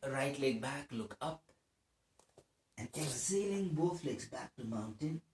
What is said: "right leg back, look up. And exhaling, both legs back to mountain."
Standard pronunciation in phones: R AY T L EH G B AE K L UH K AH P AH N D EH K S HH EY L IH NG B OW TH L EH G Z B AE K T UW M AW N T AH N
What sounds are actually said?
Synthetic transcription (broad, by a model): R AY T L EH B AE K L UH K AH P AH N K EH S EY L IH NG B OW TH L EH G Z B AE K T UW M AW N T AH N